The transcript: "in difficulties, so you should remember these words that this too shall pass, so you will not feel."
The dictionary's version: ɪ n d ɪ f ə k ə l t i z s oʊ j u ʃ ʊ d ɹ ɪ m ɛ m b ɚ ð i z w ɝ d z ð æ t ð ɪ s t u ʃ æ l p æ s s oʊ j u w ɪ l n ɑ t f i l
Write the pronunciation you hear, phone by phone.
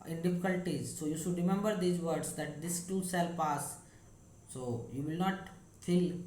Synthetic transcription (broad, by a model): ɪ n d ɪ f ə k ə l t i z s oʊ j u ʃ ʊ d ɹ ɪ m ɛ m b ɚ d i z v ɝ d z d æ t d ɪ s t u s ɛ l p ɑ s s oʊ j u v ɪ l n ɑ t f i l